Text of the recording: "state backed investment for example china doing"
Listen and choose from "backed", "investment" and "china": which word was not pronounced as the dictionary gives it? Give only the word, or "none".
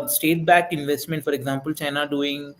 backed